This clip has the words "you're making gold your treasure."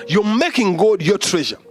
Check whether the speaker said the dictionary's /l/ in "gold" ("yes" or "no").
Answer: no